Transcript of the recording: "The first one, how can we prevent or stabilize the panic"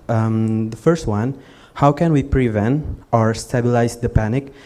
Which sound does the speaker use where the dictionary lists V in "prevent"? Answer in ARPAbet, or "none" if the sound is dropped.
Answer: V